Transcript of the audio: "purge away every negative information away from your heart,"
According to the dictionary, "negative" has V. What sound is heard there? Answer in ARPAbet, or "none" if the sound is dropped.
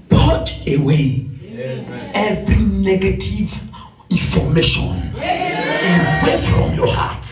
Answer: V